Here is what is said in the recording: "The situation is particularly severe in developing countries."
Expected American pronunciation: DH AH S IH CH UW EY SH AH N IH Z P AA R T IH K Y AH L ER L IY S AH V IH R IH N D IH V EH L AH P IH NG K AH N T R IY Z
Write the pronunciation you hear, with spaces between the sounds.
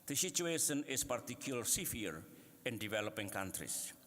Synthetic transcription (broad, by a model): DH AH S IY CH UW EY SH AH N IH S P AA R T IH K Y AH L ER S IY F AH AH R IH N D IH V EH L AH P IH NG K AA N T R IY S